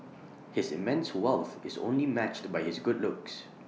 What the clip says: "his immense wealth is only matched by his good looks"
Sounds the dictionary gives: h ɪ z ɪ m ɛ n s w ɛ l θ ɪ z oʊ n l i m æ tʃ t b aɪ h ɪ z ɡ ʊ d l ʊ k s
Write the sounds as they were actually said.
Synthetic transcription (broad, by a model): h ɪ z ɪ m ɛ n s w ɛ l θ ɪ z oʊ n l i m æ tʃ t b aɪ h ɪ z ɡ ʊ d l ʊ k s